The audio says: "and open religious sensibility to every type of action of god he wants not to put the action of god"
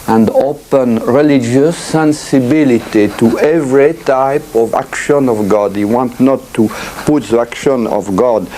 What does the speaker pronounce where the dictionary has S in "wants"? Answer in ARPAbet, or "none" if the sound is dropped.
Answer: none